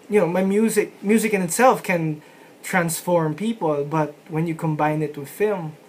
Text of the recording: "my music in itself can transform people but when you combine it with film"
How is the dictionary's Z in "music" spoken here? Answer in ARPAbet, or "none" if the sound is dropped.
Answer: Z